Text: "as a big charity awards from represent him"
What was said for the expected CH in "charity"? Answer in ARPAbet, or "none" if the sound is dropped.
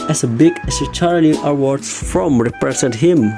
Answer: S